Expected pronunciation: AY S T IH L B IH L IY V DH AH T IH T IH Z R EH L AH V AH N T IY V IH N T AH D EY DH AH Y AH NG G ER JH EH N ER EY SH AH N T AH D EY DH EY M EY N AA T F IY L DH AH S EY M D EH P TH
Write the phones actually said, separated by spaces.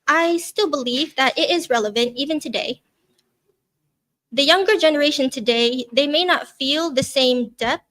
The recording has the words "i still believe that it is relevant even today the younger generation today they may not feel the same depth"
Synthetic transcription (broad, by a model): AY S T IH L B IH L IY V DH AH T IH T IH Z R EH L AH V AH N T IY V IH N T AH D EY DH AH Y AH NG G ER JH EH N ER EY SH AH N T AH D EY DH EY M EY N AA T F IY L DH AH S EY M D EH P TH